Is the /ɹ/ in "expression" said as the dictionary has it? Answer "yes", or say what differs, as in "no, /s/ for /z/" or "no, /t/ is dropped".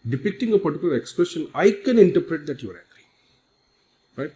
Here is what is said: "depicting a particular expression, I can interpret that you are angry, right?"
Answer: no, /ɹ/ is dropped